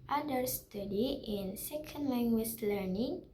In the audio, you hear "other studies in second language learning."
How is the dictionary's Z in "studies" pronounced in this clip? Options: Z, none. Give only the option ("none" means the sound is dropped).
none